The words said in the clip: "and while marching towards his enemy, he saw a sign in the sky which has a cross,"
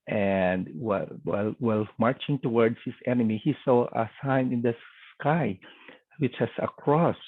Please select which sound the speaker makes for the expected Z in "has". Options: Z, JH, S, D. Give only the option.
S